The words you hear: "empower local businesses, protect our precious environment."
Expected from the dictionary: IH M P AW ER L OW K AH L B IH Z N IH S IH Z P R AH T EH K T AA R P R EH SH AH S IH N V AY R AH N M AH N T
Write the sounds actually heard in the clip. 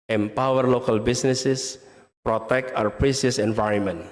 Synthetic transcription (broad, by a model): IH M P AW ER L OW K AH L B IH S N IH S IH S P R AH T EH K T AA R P R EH S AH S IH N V AY R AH N M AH N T